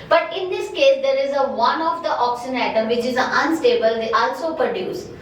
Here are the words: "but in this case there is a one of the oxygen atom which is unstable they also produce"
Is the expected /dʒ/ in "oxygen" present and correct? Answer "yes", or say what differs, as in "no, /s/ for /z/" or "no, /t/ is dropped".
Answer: no, /dʒ/ is dropped